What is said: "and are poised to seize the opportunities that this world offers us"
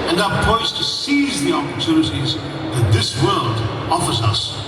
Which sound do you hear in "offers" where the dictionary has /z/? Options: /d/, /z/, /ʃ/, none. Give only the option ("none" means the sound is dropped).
/z/